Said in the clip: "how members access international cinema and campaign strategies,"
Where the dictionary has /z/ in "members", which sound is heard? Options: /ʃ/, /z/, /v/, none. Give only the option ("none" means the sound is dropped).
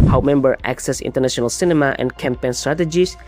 none